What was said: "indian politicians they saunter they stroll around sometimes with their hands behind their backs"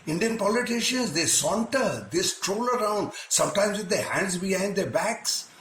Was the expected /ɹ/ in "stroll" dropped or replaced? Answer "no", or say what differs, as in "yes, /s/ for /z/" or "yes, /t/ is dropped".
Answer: no